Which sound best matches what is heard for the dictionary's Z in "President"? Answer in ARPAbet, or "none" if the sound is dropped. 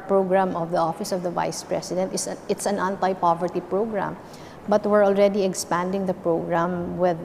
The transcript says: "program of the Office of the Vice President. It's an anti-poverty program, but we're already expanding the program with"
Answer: S